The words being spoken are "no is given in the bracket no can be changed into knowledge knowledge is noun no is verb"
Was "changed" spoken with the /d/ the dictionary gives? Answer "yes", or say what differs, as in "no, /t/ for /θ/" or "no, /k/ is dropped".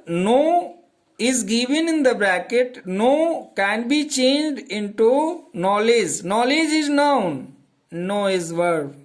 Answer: yes